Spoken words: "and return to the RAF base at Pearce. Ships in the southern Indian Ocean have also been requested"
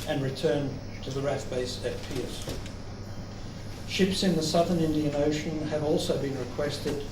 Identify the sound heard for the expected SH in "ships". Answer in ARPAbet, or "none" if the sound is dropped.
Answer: SH